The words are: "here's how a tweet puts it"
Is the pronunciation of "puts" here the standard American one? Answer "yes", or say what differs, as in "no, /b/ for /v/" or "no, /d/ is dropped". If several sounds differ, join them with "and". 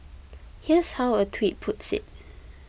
yes